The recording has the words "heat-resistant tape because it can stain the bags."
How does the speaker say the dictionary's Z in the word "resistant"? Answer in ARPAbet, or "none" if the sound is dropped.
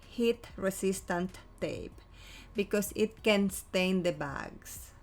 S